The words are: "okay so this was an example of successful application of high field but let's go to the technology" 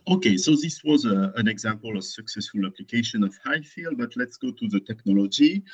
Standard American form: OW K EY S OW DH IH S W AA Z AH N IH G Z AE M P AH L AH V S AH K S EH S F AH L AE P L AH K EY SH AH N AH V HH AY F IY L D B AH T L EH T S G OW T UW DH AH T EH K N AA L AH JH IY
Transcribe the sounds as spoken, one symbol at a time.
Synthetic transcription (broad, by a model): OW K EY S OW DH IH S W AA Z AH N IH G Z AE M P AH L AH V S AH K S EH S F AH L AE P L AH K EY SH AH N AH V HH AY F IY L D B AH T L EH T S G OW T UW DH AH T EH K N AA L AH JH IY